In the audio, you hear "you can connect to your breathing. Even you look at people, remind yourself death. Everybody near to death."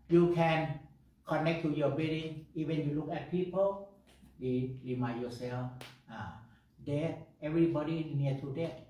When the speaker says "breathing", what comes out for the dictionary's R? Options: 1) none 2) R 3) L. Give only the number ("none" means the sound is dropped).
1